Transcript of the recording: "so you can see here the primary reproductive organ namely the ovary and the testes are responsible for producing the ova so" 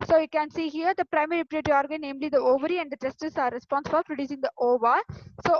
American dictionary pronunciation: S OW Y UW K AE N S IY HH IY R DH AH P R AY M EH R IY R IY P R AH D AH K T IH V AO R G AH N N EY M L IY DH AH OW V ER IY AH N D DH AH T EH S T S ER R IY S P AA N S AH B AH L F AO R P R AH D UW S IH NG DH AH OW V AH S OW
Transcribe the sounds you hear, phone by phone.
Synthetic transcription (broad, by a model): S OW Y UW K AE N S IY HH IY R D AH P R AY M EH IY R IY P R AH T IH AO R G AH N N EY M L IY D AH OW V ER IY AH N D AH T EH S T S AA R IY S P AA N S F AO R P R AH D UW S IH NG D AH OW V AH S OW